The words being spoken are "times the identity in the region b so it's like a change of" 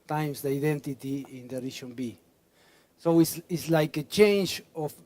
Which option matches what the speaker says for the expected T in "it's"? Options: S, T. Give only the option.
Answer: S